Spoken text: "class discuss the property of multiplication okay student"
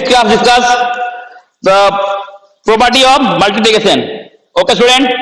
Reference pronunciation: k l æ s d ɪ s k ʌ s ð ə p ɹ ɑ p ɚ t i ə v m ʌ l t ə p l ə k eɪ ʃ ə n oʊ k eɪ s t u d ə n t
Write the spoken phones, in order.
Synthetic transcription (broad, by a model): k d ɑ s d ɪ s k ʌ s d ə p ɹ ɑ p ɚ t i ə m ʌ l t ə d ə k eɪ s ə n oʊ k eɪ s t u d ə n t